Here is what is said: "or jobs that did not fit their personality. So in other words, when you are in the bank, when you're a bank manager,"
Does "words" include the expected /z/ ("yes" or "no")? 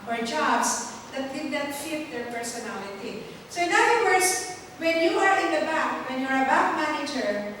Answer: no